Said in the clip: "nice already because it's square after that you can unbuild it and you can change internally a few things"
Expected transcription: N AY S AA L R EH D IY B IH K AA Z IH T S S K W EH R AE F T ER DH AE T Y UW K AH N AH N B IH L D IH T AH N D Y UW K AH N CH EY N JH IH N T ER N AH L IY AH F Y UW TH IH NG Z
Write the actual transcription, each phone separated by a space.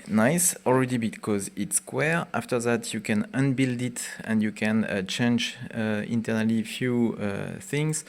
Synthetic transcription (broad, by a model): N AY S AA L R EH D IY B IH K AA Z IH T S S K W EH R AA F T ER DH AE T Y UW K AH N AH N B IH L D IH T AH N D Y UW K AH N CH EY N JH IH N T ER N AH L IY F Y UW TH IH NG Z